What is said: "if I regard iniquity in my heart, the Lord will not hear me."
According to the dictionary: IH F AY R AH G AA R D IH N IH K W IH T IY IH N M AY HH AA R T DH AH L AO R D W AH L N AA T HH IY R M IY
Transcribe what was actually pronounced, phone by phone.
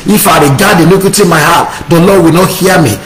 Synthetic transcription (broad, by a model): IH F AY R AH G AA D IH L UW K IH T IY M AY HH AA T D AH L AO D W AH L N AA T HH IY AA M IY